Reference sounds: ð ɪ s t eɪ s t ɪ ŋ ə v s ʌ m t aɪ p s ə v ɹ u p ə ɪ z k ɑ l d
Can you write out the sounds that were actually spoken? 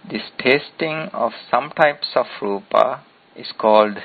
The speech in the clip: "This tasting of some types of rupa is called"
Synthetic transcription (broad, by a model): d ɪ s t eɪ s t ɪ ŋ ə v s ʌ m t aɪ p s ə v ɹ u p ə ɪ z k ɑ l d